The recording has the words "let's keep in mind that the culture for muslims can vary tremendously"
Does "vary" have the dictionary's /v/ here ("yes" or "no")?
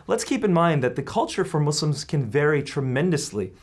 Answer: yes